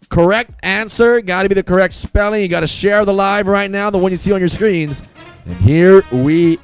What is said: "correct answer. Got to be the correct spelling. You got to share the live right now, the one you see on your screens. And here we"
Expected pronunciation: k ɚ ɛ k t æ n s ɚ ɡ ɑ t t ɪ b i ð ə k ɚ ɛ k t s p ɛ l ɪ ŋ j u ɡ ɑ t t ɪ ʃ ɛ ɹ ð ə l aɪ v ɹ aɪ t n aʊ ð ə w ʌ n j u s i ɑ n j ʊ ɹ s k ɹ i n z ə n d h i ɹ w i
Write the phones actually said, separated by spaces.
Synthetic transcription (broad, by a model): k ɚ ɛ k t æ n s ɚ ɡ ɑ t t ɪ b i ð ə k ɚ ɛ k t s p ɛ l ɪ ŋ j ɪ ɡ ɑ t t ɪ ʃ ɛ ɹ ð ə l aɪ v ɹ aɪ t n aʊ ð ə w ʌ n j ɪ s i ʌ n j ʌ ɹ s k ɹ i n z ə n h i ɹ w i